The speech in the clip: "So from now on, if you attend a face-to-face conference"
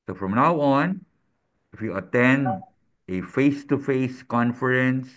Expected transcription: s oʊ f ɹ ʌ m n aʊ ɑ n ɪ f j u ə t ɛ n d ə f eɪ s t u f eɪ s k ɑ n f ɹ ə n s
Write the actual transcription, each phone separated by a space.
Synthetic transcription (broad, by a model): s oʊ f ɹ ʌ m n aʊ ɑ n ɪ f j u ə t ɛ n d ə f eɪ s t u f eɪ s k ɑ n f ɹ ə n s